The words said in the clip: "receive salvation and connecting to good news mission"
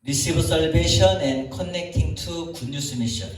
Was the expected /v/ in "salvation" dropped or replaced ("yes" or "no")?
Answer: yes